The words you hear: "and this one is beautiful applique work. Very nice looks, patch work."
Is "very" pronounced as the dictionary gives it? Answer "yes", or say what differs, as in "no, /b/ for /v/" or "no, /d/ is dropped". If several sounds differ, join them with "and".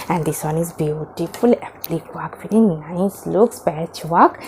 no, /f/ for /v/